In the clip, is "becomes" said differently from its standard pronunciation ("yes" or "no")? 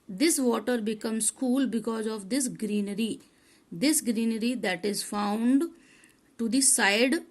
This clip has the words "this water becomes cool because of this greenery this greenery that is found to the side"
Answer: yes